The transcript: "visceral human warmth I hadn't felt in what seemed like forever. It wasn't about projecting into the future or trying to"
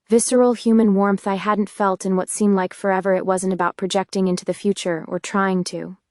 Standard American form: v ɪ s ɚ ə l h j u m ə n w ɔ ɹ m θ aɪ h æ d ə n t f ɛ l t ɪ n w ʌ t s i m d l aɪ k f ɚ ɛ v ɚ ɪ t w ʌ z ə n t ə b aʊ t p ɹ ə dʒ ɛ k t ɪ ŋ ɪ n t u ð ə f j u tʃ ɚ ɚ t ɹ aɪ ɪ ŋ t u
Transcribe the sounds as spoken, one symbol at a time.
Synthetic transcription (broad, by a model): v ɪ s ɚ l h j u m ə n w ɔ ɹ m θ aɪ h æ d n t f ɛ l t ɪ n w ʌ t s i m d l aɪ k f ɚ ɛ v ɚ ɪ t w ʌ z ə n t ə b aʊ t p ɹ ə dʒ ɛ k t ɪ ŋ ɪ n t u ð ə f j u tʃ ɚ ɚ t ɹ aɪ ɪ ŋ t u